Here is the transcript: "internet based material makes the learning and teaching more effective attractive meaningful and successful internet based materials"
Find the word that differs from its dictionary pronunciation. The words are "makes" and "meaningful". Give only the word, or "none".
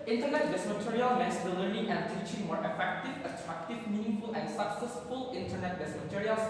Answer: makes